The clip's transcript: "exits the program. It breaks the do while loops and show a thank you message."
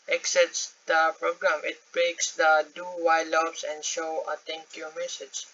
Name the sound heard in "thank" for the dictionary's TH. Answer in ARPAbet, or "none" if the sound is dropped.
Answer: T